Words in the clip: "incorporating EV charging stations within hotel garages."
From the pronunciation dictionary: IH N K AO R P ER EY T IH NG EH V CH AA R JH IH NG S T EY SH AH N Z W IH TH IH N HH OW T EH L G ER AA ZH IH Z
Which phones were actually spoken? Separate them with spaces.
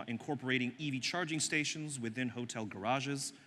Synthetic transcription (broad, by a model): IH N K AO R P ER EY T IH NG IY V CH AA R JH IH NG S T EY SH AH N Z W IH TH IH N HH OW T EH L G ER AA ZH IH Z